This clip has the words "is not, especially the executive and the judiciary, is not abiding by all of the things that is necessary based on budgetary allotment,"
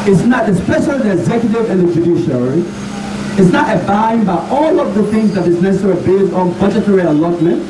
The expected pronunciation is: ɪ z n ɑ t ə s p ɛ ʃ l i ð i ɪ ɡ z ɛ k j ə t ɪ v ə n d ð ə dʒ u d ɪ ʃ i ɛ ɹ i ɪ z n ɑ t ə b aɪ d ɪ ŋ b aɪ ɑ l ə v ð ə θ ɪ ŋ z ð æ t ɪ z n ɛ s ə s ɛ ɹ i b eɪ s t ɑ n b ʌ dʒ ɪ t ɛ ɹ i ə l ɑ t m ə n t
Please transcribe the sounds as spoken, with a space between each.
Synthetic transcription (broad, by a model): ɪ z n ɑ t ə s p ɛ ʃ l i ð i ɪ ɡ z ɛ k j ə t ɪ v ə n ð ə dʒ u d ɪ ʃ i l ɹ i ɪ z n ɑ t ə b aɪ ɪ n b aɪ ɑ l ə v ð ə θ ɪ ŋ z ð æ t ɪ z n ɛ s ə s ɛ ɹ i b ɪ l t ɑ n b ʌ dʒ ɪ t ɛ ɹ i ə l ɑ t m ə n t